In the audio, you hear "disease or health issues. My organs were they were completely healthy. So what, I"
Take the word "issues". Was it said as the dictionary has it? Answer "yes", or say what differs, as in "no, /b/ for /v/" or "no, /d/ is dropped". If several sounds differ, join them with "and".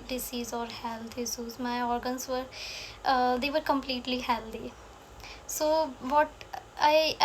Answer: no, /s/ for /ʃ/